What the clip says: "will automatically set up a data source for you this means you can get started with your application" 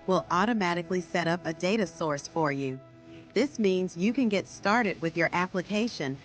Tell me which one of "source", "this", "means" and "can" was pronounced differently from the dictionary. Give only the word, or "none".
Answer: none